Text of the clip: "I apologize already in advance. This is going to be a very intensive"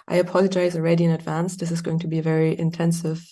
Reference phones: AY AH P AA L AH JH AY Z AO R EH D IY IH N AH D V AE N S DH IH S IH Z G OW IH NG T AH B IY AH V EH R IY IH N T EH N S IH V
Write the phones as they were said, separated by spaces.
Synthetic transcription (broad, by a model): AY AH P AA L AH JH AY Z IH R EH D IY IH N AH D V AE N S DH IH S IH Z G OW IH NG T AH B IY AH V EH R IY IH N T EH N S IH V